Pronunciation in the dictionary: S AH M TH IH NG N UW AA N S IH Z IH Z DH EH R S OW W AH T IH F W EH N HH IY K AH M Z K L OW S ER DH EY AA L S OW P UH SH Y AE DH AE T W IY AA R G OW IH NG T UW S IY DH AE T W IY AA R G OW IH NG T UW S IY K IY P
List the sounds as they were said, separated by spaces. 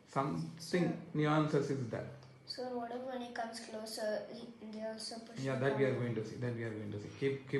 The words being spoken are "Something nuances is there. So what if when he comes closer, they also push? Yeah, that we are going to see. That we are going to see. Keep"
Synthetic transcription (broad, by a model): S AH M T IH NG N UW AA N S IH S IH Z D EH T S OW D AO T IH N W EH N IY K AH M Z K L OW S ER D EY AA L S OW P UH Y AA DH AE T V IY AA R G OW IH NG T UW S IY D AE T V IY AA R G OW IH NG T UW S IY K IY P